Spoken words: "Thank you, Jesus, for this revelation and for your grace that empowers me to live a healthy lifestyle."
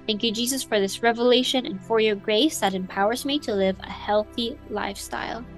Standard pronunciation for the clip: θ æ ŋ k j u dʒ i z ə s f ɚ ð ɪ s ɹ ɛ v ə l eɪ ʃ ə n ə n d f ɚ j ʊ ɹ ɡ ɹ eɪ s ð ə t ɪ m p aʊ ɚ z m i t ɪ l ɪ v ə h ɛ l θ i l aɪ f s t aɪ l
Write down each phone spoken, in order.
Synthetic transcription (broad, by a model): θ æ ŋ k j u dʒ i z ə s f ɚ ð ɪ s ɹ ɛ v ə l eɪ ʃ ə n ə n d f ɚ j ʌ ɹ ɡ ɹ eɪ s ð ə t ɪ m p aʊ ɚ z m i t ɪ l ɪ v ə h ɛ l θ i l aɪ f s t aɪ l